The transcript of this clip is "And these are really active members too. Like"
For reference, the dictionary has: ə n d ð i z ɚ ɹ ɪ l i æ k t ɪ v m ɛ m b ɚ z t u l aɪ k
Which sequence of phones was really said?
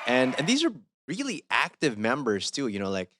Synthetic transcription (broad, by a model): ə n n ð i z ɚ ɹ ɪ l i æ k t ɪ v m ɛ m b ɚ z t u l aɪ k